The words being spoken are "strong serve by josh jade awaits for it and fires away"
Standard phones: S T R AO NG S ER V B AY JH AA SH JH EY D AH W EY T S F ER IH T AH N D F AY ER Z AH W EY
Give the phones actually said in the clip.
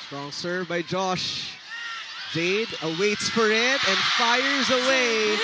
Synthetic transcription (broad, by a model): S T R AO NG S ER B AY JH AA SH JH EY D AH W EY T S F ER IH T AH N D F AY ER Z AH W EY